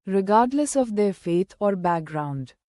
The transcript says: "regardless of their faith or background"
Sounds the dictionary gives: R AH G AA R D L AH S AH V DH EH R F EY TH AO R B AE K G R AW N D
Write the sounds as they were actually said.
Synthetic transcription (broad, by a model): R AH G AA R D L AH S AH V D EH R F EY T AO R B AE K G R AW N D